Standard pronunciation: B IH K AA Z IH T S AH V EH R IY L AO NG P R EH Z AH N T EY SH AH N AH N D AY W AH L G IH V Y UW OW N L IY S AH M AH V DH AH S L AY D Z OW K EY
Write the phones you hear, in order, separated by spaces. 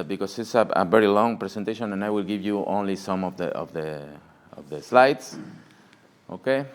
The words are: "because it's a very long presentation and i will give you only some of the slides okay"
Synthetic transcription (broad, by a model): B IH K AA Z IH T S AH V EH R IY L AO NG P R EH S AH N T EY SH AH N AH N AY W AH L G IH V Y UW OW N L IY S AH M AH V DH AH S L AY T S OW K EY